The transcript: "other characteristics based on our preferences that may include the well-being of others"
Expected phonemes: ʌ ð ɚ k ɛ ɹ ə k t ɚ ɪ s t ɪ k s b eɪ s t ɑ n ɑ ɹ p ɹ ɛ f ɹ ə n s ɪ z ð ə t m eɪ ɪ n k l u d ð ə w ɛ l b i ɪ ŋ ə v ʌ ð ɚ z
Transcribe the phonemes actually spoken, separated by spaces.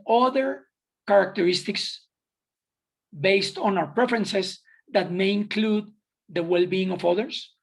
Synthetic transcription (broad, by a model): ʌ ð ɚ k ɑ ɹ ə k t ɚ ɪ s t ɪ k s b eɪ s t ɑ n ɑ w p ɹ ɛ f ɹ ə n s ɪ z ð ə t m eɪ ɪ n k l u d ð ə w ɛ l b i ɪ ŋ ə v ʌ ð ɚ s